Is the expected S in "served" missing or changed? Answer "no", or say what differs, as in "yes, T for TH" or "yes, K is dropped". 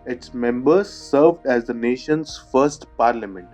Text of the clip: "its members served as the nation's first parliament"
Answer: no